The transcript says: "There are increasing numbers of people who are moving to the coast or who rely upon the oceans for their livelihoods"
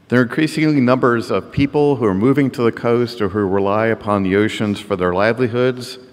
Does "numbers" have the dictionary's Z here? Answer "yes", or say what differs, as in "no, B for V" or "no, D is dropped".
yes